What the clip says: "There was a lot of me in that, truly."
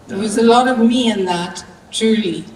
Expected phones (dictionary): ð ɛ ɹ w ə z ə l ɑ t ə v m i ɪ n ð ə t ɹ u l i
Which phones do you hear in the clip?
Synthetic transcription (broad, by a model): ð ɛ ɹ w ə z ə l ɑ t ə v m i ɪ n ð ə t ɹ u l i